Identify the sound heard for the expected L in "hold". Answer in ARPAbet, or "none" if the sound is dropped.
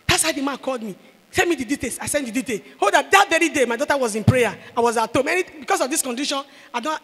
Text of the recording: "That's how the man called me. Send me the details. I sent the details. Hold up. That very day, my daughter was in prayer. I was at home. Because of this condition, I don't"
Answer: none